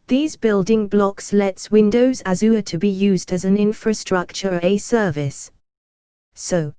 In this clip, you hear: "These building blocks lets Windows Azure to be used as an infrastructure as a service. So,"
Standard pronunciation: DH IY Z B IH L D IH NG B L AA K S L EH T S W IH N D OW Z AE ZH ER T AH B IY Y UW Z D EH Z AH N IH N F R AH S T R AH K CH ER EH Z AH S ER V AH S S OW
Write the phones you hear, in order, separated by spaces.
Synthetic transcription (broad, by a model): DH IY Z B IH L D IH NG B L AA K S L EH T S W IH N D OW Z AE Z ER T AH B IY Y UW Z D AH Z AH N IH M F R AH S T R AH K CH ER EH AH S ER V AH S S OW